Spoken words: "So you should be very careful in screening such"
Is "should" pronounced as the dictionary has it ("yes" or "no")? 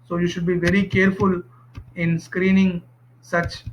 yes